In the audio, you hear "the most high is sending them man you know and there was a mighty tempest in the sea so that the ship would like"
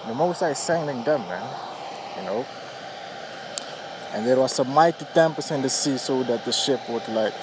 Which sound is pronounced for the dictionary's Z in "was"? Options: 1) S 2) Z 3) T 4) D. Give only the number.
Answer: 1